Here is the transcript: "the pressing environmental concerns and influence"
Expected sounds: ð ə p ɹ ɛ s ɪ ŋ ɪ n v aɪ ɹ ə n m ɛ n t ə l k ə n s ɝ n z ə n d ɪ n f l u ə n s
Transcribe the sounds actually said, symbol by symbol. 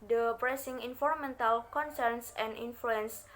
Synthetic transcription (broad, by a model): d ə p ɹ ɛ s ɪ ŋ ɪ n f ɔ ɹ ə m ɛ n t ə l k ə n s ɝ n s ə n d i n f l u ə n s